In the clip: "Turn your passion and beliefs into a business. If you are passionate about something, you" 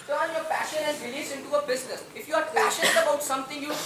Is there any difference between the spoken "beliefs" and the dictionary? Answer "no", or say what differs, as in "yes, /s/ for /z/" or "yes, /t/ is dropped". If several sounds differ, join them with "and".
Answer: yes, /f/ is dropped